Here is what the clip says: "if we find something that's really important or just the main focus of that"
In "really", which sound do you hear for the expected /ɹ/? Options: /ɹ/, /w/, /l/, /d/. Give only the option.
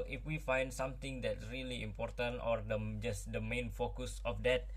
/ɹ/